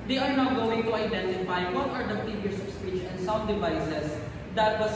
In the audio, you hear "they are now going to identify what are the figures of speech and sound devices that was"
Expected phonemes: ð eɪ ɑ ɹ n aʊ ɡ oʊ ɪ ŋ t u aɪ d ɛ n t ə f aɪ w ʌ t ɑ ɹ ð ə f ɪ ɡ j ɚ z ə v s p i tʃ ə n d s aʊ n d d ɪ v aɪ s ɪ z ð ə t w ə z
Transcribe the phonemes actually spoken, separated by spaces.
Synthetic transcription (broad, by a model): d eɪ ɑ ɹ n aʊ ɡ oʊ ɪ ŋ t u aɪ d ɛ n t ə f aɪ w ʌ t ɑ ɹ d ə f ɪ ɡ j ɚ s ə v s p i tʃ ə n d s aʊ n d d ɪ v aɪ s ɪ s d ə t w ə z